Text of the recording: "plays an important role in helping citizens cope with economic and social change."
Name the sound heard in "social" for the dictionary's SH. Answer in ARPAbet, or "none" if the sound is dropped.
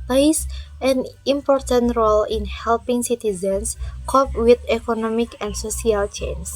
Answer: S